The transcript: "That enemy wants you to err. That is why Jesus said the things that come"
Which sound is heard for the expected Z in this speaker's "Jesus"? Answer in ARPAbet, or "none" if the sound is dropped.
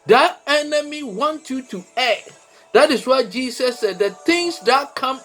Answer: S